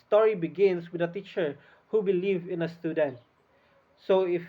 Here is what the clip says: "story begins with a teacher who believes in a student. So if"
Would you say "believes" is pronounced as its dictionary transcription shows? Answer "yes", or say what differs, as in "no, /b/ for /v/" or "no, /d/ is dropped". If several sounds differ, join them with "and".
no, /z/ is dropped